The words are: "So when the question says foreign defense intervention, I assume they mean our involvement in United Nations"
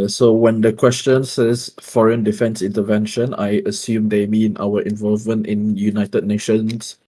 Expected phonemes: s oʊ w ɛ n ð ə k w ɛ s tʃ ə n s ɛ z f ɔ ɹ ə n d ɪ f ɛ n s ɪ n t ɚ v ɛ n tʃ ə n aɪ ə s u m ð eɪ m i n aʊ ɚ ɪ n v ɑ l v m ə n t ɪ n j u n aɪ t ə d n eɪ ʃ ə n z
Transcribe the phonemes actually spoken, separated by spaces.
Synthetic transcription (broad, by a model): s oʊ w ɛ n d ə k w ɛ s tʃ ə n s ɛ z f ɔ ɹ ə n d ɪ f ɛ n s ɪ n t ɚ v ɛ n ʃ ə n aɪ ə s u m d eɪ m i n aʊ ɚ ɪ n v ɑ l v m ə n t ɪ n j u n aɪ t ə d n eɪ ʃ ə n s